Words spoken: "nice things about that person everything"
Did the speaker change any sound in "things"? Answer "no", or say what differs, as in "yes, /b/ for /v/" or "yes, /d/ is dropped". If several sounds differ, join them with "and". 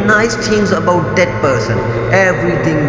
yes, /t/ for /θ/